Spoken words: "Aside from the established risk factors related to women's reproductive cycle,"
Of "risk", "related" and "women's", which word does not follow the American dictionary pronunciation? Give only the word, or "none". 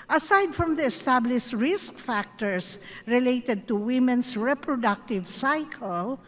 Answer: women's